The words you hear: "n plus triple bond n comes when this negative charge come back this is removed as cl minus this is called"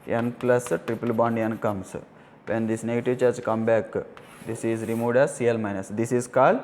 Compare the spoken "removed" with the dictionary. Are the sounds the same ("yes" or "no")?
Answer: no